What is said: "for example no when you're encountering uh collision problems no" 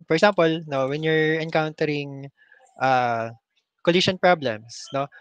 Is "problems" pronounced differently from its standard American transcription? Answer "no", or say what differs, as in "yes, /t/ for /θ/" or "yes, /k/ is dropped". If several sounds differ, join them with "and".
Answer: yes, /s/ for /z/